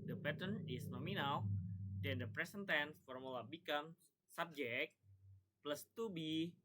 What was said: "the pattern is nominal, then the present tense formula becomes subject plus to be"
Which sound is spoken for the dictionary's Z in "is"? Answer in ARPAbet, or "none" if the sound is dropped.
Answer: S